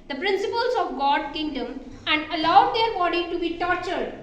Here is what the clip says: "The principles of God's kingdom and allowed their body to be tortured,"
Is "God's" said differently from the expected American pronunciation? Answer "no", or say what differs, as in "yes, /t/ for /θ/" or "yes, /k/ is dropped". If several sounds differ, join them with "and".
yes, /z/ is dropped